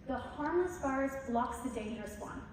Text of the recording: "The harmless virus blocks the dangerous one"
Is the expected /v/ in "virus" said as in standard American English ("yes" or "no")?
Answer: no